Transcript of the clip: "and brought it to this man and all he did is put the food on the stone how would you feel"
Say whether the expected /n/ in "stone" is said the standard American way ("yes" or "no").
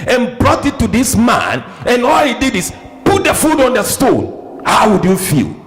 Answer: yes